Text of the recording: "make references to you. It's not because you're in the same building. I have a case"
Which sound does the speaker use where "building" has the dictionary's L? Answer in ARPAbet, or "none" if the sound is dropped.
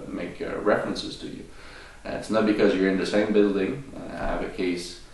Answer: L